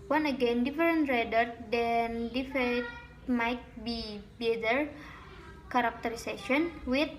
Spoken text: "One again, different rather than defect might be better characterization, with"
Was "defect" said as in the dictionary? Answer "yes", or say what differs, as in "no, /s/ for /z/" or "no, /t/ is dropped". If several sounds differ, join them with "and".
no, /k/ is dropped